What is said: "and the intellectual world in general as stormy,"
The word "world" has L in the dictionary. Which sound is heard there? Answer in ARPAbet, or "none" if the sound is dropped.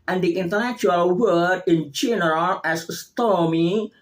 none